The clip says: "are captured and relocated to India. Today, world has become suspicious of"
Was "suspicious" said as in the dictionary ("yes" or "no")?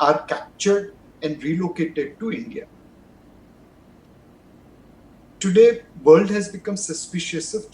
yes